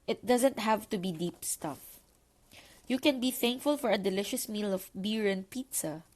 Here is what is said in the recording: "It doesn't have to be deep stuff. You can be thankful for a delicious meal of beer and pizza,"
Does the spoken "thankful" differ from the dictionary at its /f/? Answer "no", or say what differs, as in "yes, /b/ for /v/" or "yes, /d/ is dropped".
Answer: no